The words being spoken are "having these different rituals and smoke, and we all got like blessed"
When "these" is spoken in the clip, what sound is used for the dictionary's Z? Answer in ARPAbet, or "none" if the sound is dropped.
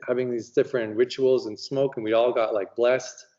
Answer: Z